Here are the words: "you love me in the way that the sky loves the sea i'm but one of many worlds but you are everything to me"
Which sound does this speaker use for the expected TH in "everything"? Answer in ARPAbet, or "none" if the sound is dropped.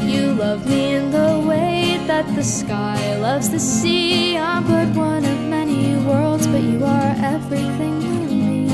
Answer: TH